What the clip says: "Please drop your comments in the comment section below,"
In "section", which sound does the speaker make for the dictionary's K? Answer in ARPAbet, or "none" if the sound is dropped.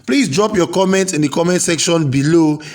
K